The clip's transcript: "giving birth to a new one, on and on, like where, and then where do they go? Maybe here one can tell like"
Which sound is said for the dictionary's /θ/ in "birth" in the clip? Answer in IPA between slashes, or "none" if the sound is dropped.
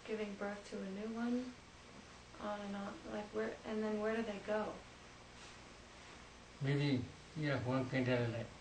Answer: /θ/